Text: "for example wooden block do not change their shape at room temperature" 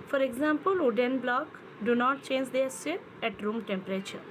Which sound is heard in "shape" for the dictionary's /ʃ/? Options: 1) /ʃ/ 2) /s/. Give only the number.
2